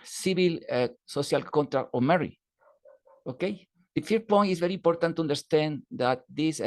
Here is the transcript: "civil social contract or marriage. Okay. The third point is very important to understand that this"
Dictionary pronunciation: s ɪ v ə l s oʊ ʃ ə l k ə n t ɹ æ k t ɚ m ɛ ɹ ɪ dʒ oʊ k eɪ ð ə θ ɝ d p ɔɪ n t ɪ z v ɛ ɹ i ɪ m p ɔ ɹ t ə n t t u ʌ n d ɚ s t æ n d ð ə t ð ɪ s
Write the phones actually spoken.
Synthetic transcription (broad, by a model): s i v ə l s oʊ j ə l k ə n t ɹ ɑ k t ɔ m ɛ ɹ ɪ oʊ k eɪ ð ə f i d p ɔɪ n t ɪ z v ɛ ɹ i m p ɔ ɹ t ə n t t u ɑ n d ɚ s t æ n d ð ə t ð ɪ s